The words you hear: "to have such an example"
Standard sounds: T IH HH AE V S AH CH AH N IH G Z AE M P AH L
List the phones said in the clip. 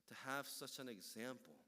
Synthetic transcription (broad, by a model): T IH HH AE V S AH CH AH N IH G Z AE M P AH L